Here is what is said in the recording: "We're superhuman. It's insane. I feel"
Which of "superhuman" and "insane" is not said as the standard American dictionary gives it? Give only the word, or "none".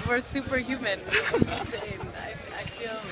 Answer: insane